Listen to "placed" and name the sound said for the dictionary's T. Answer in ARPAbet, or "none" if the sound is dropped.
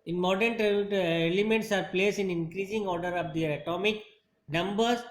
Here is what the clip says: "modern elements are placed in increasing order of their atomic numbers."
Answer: none